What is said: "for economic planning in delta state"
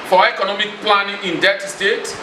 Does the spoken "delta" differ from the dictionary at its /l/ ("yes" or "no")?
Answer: yes